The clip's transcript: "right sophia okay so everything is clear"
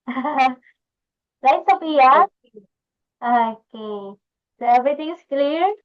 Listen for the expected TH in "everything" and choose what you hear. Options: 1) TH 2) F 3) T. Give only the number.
3